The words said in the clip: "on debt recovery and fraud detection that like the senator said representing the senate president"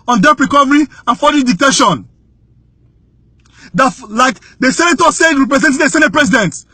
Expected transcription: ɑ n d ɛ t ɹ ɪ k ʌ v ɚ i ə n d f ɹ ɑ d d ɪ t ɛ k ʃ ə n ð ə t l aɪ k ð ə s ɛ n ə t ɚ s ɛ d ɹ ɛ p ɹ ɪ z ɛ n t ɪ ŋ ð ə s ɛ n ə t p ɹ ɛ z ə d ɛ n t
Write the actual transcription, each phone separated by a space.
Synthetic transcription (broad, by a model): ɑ n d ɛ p ɹ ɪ k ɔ v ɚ i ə n f ɑ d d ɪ t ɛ ʃ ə n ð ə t l aɪ k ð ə s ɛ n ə t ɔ s ɛ d ɹ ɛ p ɹ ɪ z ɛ n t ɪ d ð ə s ɛ n ə t p ɹ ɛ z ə d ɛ n t